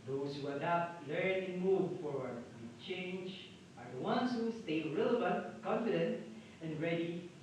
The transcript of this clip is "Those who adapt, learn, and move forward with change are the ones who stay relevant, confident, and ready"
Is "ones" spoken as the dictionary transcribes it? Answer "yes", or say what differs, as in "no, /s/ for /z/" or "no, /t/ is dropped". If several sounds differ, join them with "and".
no, /s/ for /z/